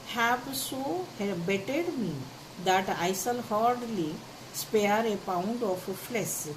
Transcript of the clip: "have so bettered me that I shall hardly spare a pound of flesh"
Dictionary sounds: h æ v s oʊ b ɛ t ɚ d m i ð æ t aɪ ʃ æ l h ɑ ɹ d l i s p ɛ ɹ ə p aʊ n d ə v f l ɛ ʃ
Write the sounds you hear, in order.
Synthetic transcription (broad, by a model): h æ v s oʊ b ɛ t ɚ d m i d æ t aɪ s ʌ l h ɑ ɹ d l i s p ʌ ɹ ə p aʊ n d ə f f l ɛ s